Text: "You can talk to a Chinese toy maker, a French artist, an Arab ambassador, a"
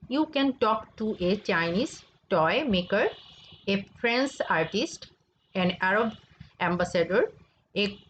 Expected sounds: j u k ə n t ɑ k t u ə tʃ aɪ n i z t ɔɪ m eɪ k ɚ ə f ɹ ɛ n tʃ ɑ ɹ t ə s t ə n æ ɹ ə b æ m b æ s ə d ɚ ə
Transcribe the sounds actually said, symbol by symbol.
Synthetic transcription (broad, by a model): j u k ə n t ɑ k t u ə tʃ aɪ n i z t ɔɪ m eɪ k ɚ ə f ɹ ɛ n s ɑ ɹ t ə s t ə n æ ɹ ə b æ m b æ s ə d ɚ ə